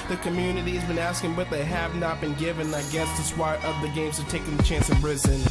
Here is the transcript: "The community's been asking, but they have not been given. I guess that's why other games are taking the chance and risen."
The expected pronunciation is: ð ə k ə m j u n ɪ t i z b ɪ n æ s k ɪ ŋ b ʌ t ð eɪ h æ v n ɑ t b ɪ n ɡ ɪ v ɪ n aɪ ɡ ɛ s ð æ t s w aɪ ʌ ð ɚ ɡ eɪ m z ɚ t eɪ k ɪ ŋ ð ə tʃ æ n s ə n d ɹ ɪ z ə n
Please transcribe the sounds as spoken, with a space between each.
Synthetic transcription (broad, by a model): ð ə k ə m j u n ɪ t i z b ɪ n æ s k ɪ ŋ b ʌ t ð eɪ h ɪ v n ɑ t b ɪ n ɡ ɪ v ɪ n aɪ ɡ ɛ s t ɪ s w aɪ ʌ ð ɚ ɡ eɪ m z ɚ t eɪ k ɪ ŋ ð ə tʃ æ n s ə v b ɹ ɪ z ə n